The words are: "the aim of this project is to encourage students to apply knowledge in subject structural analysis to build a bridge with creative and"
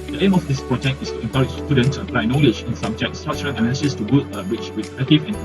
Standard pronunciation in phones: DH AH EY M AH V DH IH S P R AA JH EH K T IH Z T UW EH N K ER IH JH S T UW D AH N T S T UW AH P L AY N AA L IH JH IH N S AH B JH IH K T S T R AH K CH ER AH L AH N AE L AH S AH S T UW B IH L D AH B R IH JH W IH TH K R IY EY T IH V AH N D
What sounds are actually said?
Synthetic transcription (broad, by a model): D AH EY M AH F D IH S P R AA JH EH K T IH S T UW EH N K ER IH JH S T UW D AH N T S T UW AH P L AY N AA L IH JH IH N S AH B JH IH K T S T R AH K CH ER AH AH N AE N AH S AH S T UW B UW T AH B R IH CH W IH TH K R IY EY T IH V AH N